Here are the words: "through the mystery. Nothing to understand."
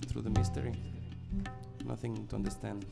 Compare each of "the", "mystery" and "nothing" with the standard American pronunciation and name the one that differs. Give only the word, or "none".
none